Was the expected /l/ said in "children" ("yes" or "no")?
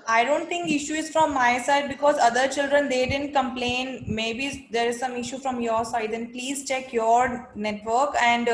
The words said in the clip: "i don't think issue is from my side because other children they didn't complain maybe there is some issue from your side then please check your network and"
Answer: yes